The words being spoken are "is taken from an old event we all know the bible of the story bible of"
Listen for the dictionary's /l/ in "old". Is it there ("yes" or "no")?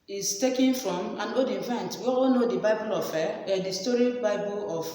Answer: no